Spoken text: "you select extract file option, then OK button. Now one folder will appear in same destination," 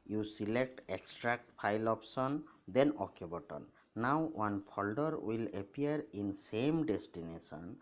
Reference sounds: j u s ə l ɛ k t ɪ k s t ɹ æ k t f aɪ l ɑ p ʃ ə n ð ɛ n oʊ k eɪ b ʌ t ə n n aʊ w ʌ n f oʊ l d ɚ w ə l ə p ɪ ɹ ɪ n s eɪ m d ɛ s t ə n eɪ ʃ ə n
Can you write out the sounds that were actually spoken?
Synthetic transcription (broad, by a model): j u s ə l ɛ k t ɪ k s t ɹ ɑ k t p aɪ l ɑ p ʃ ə n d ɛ n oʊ k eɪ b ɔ t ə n n aʊ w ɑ n p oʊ l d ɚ w ə l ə p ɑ ɹ ɪ n s eɪ m d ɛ s t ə n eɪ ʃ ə n